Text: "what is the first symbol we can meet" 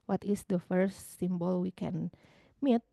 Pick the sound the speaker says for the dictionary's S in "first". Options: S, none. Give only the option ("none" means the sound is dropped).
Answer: none